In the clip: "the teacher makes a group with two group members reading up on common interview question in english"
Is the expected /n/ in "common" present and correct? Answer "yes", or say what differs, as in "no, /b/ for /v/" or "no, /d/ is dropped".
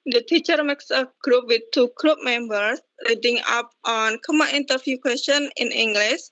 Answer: no, /n/ is dropped